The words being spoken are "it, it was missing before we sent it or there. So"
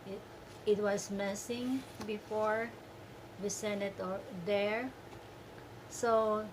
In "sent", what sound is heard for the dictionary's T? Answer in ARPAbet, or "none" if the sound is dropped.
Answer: none